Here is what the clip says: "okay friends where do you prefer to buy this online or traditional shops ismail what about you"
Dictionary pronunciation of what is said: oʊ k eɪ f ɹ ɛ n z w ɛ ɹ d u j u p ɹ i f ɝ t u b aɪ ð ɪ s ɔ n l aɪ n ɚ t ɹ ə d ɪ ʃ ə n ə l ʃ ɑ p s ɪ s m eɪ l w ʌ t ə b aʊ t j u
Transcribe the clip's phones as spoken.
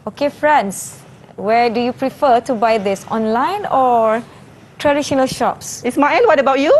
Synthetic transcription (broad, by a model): oʊ k eɪ f ɹ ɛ n s w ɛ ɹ d u j u p ɹ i f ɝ t u b aɪ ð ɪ s ɔ n l aɪ n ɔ t ɹ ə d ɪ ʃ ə n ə l ʃ ɑ p s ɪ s m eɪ n w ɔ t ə b aʊ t j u